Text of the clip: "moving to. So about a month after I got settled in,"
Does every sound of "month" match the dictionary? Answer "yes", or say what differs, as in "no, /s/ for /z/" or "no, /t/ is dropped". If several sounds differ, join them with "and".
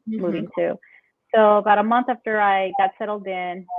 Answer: yes